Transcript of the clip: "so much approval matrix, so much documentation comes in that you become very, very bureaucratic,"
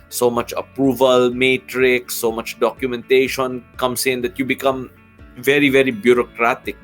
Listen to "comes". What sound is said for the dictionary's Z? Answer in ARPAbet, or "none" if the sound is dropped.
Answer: S